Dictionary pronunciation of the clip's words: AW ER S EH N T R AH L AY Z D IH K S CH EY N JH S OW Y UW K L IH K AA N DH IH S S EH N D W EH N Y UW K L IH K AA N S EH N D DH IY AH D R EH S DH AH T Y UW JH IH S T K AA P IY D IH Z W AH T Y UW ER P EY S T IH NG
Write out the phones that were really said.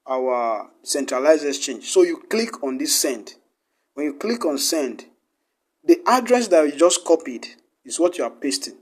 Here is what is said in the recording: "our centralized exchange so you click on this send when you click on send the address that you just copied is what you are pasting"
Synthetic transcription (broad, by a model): AW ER S EH N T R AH L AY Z IH S CH EY N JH S OW Y UW K L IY K AA N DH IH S S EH N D W EH N Y UW K L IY K AA N S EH N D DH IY AH D R EH S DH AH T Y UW JH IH S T K AA P IY D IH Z W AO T Y UW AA P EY S T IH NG